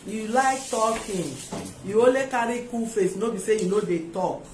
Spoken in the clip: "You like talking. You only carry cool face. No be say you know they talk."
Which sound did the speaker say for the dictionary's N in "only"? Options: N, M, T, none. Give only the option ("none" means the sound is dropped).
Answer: none